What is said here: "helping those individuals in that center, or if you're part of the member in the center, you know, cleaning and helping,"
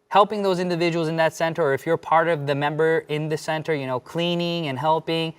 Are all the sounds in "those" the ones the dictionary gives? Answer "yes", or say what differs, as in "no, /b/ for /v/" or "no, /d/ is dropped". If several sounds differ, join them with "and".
yes